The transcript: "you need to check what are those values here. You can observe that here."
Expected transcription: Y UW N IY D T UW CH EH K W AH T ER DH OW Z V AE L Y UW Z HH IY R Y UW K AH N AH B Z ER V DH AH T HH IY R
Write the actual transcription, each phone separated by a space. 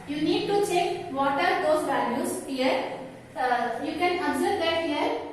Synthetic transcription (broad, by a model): Y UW N IY D T UW CH EH K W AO T ER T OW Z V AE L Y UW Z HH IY R Y UW K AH N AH Z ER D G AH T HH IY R